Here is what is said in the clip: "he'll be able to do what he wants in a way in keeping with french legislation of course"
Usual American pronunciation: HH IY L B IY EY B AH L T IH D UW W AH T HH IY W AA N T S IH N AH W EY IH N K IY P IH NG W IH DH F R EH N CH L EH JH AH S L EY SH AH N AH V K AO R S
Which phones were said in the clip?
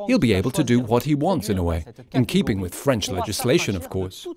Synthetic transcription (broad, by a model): HH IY L B IY EY B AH L T IH D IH W AH T HH IY W AA N T S IH N AH W EY IH N K IY P IH NG W IH DH F R EH N CH L EH JH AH S L EY SH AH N AH V K AO R S